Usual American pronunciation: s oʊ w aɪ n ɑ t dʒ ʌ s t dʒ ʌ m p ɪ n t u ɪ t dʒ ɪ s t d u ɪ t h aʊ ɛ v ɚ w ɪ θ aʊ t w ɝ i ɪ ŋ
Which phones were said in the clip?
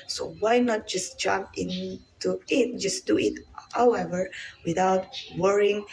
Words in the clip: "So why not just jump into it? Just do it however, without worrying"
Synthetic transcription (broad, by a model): s oʊ w aɪ n ɑ t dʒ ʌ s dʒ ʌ m p ɪ n t u ɪ t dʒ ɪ s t d u ɪ t h aʊ ɛ v ɚ w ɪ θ aʊ t w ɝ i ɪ ŋ